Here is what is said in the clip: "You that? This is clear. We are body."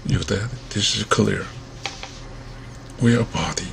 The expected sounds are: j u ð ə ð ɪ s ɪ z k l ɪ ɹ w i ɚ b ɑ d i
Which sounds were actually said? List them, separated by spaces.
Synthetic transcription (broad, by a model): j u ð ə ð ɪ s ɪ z k l ɪ ɹ w i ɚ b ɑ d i